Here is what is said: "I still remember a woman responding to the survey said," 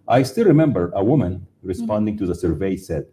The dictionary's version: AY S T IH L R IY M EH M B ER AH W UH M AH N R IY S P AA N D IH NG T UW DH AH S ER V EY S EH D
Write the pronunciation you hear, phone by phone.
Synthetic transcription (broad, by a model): AY S T IH L R IY M EH M B ER AH W UH M AH N R IY S P AA N D IH NG T UW DH AH S ER V EY S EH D